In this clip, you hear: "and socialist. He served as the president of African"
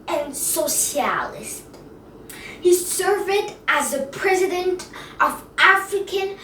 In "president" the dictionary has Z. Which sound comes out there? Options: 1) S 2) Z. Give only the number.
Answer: 2